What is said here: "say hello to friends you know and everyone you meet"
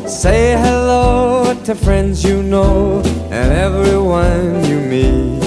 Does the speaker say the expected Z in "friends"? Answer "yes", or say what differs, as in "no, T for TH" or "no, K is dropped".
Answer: yes